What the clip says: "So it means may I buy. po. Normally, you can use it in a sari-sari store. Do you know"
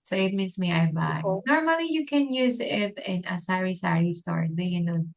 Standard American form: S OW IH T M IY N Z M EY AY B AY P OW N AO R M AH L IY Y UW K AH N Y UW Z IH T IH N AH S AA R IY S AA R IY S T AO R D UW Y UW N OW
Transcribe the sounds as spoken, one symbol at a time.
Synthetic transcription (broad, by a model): S OW IH T M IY N S M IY AY B AY N AO R M AH L IY Y UW K AH N Y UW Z IH T IH N AH S AA R IY S AA R IY S T AO R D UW Y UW N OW